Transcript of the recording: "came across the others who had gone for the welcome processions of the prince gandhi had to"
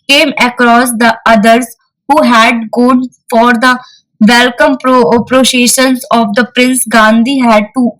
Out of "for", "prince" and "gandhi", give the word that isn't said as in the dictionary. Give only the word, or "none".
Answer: none